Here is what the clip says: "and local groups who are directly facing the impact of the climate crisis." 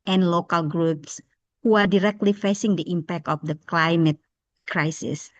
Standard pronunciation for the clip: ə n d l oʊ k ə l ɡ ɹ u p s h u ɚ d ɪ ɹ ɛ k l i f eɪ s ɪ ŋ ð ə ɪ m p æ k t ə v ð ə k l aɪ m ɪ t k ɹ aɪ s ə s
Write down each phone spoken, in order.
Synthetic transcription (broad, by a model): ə n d l oʊ k ə l ɡ ɹ u p s h u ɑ d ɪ ɹ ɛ k l i f eɪ s ɪ ŋ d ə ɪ m p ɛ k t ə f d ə k l aɪ m ɪ t k ɹ aɪ s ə s